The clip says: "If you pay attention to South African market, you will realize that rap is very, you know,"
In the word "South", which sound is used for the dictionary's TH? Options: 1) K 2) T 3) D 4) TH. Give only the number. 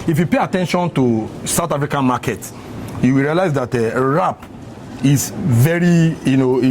2